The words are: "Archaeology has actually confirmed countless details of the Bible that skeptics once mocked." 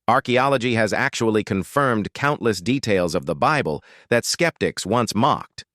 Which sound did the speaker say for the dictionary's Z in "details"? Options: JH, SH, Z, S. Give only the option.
Z